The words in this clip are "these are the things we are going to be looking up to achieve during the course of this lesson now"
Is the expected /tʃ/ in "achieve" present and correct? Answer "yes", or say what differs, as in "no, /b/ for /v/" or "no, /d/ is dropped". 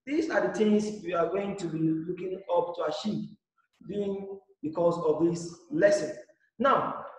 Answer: no, /ʃ/ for /tʃ/